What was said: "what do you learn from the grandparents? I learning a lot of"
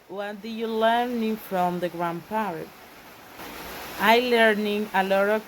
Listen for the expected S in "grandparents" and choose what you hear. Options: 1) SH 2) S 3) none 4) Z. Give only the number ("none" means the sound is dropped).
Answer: 3